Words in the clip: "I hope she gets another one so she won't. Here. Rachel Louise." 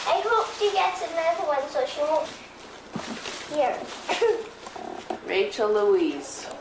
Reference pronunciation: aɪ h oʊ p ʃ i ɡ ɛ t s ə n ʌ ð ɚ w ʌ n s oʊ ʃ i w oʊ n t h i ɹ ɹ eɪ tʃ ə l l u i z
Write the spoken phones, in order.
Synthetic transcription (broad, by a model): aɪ h oʊ p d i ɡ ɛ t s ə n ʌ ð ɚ w ʌ n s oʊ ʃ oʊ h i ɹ ɹ eɪ tʃ ə l l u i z